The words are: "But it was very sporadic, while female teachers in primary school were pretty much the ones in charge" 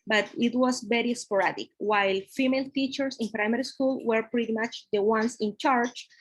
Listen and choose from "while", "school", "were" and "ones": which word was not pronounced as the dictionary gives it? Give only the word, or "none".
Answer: ones